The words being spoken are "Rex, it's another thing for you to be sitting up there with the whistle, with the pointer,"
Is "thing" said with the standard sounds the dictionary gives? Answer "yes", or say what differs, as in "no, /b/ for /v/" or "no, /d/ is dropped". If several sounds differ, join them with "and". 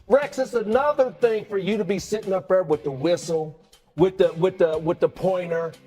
yes